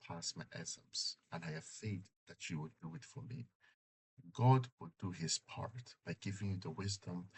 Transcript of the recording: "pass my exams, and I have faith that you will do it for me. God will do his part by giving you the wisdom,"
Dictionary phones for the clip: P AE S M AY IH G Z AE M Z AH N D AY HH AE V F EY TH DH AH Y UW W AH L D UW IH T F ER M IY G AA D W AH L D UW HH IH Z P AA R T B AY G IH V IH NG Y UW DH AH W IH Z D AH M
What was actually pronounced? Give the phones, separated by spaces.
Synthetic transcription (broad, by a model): P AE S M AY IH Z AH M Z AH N AY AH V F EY T DH AH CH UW W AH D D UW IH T F ER M IY G AA D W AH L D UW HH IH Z P AA R T B AY G IH V IH NG Y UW DH AH W IH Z D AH M